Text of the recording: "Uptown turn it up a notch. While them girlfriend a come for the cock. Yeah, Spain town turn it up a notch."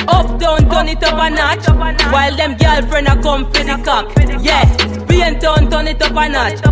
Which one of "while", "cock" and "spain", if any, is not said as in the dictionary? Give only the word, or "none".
spain